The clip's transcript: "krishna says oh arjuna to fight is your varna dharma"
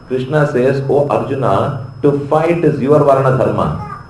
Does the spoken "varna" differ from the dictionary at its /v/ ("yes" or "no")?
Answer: no